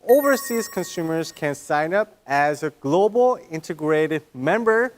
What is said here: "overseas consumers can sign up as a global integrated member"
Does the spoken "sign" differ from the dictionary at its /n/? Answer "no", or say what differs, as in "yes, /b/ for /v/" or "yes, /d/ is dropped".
no